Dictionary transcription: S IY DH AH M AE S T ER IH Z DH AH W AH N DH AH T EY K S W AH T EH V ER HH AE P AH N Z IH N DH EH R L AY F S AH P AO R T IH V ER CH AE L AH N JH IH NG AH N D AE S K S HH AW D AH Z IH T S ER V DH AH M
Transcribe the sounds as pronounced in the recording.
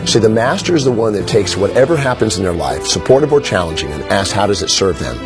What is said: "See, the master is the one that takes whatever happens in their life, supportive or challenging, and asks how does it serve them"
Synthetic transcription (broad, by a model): S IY DH AH M AE S T ER IH Z DH AH W AH N DH AH T EY K S W AH T EH V ER HH AE P AH N Z IH N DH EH R L AY F S AH P AO R T IH V ER CH AE L AH N JH IH NG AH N AE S S HH AW D AH Z IH T S ER V DH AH M